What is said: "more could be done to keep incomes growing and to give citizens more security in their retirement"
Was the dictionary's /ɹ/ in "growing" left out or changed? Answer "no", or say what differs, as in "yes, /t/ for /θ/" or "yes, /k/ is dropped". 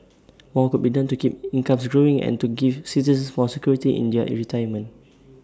no